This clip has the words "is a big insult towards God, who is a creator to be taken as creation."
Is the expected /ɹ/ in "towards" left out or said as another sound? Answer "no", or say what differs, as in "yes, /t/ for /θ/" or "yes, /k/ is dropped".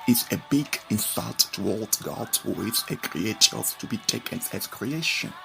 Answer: yes, /l/ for /ɹ/